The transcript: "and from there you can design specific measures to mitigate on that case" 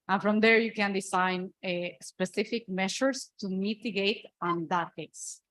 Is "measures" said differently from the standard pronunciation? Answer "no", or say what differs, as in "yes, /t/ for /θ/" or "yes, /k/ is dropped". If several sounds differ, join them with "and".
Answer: yes, /ʃ/ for /ʒ/